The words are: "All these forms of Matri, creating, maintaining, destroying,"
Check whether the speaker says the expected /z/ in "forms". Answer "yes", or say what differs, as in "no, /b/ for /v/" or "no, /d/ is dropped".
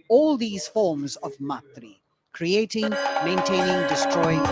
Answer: yes